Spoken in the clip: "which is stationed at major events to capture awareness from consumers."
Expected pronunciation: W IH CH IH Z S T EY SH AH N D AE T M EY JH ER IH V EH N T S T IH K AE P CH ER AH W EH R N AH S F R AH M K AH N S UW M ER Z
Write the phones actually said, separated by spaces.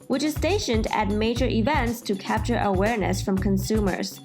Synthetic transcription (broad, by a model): W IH CH IH Z S T EY SH AH N D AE T M EY JH ER IH V EH N T S T IH K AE P CH ER AH W EH R N AH S F R AH M K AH N S UW M ER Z